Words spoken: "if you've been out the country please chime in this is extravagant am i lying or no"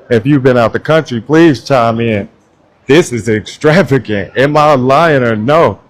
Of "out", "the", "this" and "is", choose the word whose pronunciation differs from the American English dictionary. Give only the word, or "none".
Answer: none